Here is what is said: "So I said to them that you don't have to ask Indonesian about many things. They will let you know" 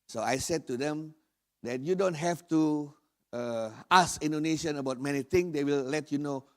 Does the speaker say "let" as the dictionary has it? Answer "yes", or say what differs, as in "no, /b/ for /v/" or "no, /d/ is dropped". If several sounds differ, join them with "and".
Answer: yes